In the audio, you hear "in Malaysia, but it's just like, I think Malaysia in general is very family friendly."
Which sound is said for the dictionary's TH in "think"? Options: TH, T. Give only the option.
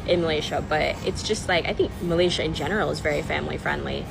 TH